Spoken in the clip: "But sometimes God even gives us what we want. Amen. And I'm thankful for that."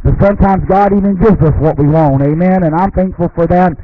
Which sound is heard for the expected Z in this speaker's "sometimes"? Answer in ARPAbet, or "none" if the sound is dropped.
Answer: Z